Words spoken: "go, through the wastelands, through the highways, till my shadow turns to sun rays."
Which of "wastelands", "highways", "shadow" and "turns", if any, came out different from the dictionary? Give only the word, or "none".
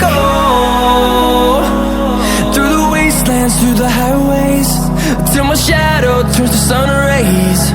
turns